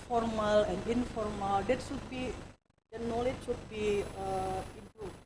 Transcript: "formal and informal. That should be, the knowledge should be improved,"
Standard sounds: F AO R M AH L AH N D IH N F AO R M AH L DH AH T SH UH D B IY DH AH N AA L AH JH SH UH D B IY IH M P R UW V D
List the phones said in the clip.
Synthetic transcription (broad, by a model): F AO R M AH L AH N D IH N F AO R M AH L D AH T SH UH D B IY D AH N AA L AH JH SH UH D B IY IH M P R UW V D